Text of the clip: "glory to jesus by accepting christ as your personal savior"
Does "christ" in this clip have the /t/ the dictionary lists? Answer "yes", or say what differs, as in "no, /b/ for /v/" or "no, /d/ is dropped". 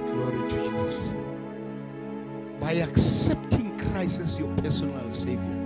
no, /t/ is dropped